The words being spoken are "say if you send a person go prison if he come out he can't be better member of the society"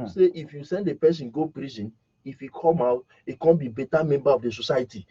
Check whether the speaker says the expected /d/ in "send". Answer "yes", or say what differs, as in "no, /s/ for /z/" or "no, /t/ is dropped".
yes